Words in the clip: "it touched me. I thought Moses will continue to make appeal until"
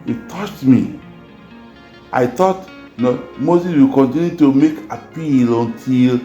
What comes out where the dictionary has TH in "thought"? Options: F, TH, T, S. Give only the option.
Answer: T